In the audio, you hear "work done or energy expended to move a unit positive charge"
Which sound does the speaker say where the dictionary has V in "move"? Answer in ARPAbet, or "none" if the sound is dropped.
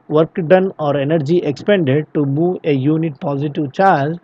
none